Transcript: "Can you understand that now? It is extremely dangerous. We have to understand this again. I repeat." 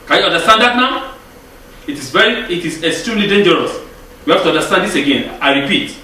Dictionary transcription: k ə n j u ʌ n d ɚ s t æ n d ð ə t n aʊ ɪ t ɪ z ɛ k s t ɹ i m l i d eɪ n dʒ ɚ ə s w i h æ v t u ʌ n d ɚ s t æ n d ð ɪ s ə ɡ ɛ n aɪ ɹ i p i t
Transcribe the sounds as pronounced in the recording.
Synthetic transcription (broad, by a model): k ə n j u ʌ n d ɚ s t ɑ n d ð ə t n aʊ ɪ t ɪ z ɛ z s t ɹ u l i d eɪ n dʒ ɚ ə s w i h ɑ f t u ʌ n d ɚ s t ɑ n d ð ɪ s ə ɡ ɛ n aɪ ɹ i p i t